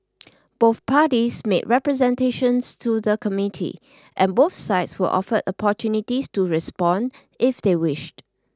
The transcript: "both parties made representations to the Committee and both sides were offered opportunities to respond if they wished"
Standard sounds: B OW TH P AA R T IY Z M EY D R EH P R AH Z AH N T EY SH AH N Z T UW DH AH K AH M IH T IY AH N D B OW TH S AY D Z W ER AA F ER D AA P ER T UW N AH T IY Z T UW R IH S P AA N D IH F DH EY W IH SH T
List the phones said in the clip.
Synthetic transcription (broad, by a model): B OW TH P AA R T IY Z M EY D R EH P R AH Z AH N T EY SH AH N S T UW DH AH K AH M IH T IY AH N B OW TH S AY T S W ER AA F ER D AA P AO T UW N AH T IY S T UW R IH S P AA N D IH F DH EY W IH SH T